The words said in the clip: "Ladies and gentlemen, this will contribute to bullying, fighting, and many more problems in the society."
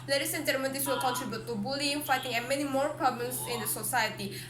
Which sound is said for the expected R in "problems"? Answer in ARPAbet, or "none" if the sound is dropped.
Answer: none